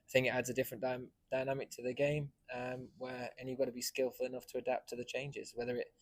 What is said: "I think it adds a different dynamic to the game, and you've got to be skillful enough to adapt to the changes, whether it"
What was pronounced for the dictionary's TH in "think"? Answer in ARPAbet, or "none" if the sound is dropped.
TH